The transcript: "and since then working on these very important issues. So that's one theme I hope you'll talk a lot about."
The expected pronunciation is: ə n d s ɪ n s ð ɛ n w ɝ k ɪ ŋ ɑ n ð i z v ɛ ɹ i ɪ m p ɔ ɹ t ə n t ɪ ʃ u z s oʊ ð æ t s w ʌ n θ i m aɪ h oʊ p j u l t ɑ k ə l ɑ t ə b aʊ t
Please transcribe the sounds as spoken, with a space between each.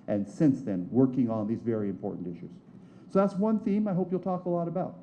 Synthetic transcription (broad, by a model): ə n s ɪ n s ð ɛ n w ɝ k ɪ ŋ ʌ n ð i z v ɛ ɹ i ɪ m p ɔ ɹ t n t ɪ ʃ u z s oʊ ð æ t s w ʌ n θ i m aɪ h oʊ p j u l t ɑ k ə l ɑ t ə b aʊ t